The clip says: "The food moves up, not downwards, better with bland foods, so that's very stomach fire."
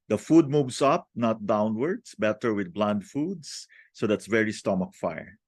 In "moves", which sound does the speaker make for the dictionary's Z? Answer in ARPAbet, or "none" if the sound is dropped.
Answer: S